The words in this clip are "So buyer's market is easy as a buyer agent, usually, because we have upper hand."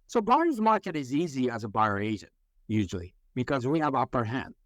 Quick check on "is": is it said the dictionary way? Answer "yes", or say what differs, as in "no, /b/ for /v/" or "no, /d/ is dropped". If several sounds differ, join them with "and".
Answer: yes